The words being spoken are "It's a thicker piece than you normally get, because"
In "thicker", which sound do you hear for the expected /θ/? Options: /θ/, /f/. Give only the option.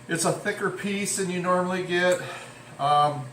/θ/